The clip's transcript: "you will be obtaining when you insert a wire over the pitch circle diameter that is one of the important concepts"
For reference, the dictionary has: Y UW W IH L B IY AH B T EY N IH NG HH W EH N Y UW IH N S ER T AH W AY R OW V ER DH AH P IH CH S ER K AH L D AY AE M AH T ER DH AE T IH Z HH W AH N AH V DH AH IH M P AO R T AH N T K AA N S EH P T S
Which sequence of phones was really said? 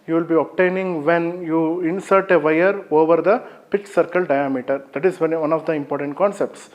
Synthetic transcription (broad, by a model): Y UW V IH L B IY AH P T EY N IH NG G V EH N Y UW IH N S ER T AH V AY R OW V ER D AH P IH CH S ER K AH L D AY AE M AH T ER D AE T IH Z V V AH N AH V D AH IH M P AO R T AH N T K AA N S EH P T S